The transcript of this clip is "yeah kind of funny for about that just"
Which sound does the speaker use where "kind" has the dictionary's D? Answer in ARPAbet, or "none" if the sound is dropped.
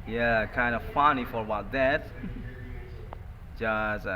D